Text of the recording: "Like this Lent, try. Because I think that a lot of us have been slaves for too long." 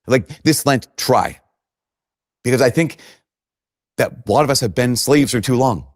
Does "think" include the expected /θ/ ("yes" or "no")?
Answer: yes